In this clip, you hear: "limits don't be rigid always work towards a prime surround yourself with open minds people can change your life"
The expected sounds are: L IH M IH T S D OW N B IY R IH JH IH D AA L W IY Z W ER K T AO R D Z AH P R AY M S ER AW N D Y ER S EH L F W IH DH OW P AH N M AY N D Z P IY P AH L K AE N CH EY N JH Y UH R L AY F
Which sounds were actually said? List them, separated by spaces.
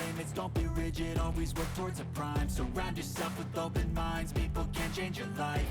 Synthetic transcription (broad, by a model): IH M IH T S D OW N B IY R IH JH IH D AA L W IY Z W ER K T AO R D Z AH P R AY M S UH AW N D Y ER S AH F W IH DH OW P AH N M AY N D Z P IY P L K AE N CH EY N JH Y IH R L AY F